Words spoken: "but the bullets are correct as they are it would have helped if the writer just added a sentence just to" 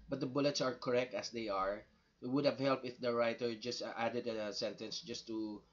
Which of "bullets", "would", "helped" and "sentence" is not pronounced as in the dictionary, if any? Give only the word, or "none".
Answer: helped